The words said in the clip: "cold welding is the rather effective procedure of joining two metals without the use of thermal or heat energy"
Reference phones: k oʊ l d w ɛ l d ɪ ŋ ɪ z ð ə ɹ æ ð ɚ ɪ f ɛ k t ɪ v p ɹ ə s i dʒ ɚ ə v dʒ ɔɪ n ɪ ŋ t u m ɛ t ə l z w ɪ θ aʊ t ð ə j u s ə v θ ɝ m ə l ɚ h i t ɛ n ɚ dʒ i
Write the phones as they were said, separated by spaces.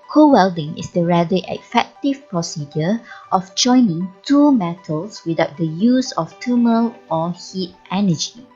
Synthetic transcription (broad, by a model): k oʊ w ɛ l d ɪ ŋ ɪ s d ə ɹ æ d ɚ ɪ f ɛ k t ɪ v p ɹ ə s i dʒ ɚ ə f dʒ ɔɪ n ɪ ŋ t u m ɛ t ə l s w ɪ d aʊ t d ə j u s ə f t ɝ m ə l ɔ h i t ɛ n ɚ dʒ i